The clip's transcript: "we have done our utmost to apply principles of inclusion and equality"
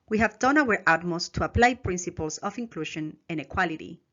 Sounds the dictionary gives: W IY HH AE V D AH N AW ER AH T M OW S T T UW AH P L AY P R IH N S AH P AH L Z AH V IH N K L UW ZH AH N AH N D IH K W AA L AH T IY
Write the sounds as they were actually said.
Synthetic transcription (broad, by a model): W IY HH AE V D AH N AW ER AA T M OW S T T UW AH P L AY P R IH N S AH P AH L S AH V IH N K L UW SH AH N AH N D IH K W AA L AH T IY